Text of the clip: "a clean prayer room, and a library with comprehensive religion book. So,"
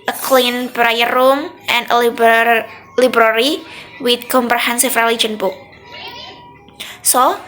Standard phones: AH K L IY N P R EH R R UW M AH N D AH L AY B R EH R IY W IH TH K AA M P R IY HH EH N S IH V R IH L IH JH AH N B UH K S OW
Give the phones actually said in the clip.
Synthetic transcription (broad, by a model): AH K L IY N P R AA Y R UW M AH N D AH L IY B R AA R IY W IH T K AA M P R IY HH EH N S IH F R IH L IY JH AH N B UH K S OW